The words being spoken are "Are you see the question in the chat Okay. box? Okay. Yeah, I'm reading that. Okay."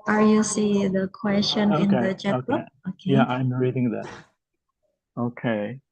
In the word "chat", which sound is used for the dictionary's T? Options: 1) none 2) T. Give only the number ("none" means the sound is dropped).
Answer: 1